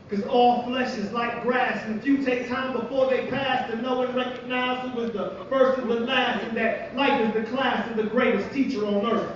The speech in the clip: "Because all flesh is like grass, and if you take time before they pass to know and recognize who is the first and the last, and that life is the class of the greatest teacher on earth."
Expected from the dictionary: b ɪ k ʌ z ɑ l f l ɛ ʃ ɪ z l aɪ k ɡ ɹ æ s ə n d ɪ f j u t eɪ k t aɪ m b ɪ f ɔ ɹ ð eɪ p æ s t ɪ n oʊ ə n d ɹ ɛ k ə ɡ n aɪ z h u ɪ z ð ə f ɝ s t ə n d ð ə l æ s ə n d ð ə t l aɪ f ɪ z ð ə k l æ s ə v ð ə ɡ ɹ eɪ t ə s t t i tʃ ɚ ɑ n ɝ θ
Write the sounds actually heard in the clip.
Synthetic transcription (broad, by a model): k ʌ z ɑ l f l ɛ ʃ ɪ z l aɪ k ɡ ɹ æ s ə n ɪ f j u t eɪ k t aɪ m b ɪ f ɔ ɹ ð eɪ p æ s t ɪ n oʊ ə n ɹ ɛ k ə ɡ n aɪ z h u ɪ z ð ə f ɝ s t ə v ð ə l æ s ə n ð ə t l aɪ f ɪ z ð ə k l æ s ə v ð ə ɡ ɹ eɪ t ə s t t i tʃ ɚ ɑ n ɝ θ